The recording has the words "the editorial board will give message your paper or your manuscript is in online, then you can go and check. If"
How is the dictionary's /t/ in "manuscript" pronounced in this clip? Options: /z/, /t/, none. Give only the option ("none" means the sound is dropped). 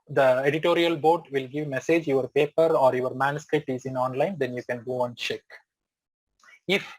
/t/